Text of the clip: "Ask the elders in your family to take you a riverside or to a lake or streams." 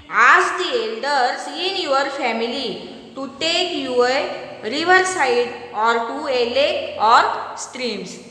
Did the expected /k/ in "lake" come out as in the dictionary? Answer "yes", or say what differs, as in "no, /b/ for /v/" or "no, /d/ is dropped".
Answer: no, /k/ is dropped